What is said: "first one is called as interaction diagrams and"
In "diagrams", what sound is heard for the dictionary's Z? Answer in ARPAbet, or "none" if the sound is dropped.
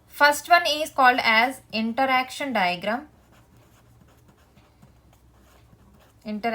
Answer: none